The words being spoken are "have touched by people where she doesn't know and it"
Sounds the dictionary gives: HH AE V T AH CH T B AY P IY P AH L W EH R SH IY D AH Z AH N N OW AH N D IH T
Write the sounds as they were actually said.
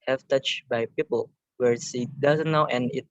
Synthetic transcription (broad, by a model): HH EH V T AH CH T B AY P IY P AH L W EH R S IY D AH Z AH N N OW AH N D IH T